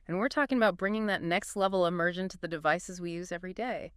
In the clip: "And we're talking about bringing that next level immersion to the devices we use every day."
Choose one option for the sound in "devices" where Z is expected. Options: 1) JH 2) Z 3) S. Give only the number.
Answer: 2